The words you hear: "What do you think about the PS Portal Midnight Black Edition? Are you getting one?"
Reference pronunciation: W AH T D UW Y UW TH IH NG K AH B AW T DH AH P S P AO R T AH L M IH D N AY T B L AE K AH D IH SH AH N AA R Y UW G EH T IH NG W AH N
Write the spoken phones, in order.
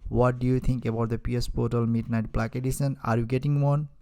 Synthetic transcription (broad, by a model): W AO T D UW Y UW T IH NG K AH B AW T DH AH P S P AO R T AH L M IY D N AY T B L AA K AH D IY S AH N AA R Y UW G EH T IH NG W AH N